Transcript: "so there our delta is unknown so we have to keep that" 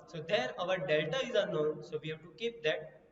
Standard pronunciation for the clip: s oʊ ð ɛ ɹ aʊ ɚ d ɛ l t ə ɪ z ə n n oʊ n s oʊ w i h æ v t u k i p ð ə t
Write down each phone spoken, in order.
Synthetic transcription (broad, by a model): s oʊ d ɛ ɹ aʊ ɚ d ɛ l t ə ɪ z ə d n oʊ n s oʊ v i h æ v t u k i p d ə t